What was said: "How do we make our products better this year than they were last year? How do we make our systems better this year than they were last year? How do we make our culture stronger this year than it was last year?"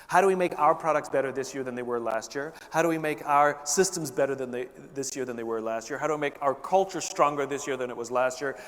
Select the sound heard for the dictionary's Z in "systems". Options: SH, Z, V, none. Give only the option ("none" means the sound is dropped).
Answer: Z